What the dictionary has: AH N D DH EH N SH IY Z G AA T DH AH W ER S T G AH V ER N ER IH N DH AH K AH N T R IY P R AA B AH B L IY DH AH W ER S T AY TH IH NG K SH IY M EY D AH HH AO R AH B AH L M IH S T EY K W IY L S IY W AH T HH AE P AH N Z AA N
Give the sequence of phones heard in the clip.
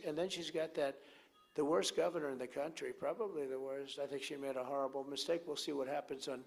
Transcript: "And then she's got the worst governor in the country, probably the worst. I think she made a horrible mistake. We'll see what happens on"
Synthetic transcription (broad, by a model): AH N DH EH N SH IY Z G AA T DH AH W ER S G AH V ER N ER IH N DH AH K AH N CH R IY P R AA B AH B L IY DH AH W ER S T AY TH IH NG K SH IY M EY D AH HH AO R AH B L M IH S T EY K W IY L S IY W AH T HH AE P AH N Z N